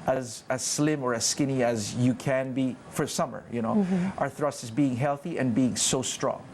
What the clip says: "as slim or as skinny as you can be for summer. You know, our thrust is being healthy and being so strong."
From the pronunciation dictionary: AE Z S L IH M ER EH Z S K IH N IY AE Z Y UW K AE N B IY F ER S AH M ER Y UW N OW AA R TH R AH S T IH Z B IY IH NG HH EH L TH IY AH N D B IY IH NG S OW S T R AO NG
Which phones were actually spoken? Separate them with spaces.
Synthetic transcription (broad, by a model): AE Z S L IH M ER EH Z S K IH N IY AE Z Y UW K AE N B IY F ER S AH M ER Y UW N OW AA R TH R AH S T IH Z B IY IH NG HH EH L TH IY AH N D B IY IH NG S OW S T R AO NG